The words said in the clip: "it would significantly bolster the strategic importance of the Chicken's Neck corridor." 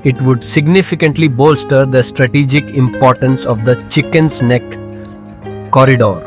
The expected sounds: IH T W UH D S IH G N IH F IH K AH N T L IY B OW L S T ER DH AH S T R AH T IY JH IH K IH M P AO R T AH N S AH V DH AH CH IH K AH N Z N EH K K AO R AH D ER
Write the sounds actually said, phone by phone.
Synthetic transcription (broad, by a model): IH T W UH D S IH G N IH F IH K AH N T L IY B OW L S T ER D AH S T R AH T IY JH IH K IH M P AO R T AH N S AH V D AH CH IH K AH N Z N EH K K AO R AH D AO